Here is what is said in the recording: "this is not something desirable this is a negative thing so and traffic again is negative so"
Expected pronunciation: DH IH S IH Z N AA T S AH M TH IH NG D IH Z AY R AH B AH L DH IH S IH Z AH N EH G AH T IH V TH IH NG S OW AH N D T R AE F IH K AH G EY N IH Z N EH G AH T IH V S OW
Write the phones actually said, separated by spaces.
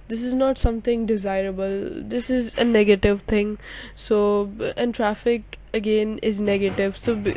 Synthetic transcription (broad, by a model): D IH S IH Z N AA T S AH M T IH NG D IH Z AY R AH B AH L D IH S IH Z AH N EH G AH T IH V T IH NG S OW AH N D T R AE F IH K AH G EY N IH Z N EH G AH T IH V S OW